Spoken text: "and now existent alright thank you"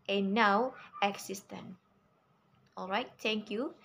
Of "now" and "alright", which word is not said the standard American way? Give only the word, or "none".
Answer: none